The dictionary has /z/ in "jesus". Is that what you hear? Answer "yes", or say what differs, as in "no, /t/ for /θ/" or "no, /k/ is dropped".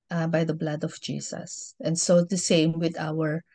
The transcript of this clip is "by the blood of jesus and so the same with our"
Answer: no, /s/ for /z/